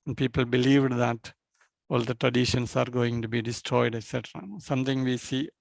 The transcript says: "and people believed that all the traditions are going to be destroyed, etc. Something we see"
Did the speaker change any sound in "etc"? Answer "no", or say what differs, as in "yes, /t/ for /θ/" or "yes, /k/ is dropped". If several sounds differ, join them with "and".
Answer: no